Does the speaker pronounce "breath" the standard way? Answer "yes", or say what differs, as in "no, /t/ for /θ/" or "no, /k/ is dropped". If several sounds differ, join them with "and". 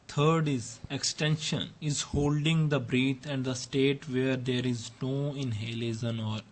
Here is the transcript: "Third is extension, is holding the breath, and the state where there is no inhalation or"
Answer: no, /t/ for /θ/